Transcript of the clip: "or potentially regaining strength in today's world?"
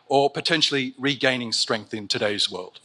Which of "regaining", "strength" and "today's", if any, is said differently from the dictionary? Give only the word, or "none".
none